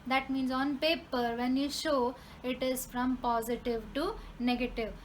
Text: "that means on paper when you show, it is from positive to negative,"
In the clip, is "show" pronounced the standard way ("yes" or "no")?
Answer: yes